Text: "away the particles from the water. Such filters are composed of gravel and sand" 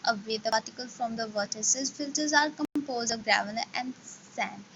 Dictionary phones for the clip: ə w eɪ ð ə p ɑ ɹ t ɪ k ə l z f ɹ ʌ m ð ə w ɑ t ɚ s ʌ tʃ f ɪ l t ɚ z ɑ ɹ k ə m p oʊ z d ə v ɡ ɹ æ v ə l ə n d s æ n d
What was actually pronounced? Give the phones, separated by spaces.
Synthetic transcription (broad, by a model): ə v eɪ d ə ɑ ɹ t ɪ k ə l f ɹ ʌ m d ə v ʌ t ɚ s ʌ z f ɪ l t ɚ z ɑ ɹ k ə m p oʊ z d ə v ɡ ɹ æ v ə n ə n d s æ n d